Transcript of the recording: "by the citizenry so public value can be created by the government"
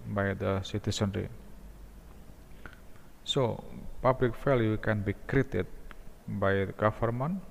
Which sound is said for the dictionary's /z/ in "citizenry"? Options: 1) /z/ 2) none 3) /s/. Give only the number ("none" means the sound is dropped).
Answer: 3